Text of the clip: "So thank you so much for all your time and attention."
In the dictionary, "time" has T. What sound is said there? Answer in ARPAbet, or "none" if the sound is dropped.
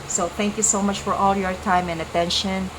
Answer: T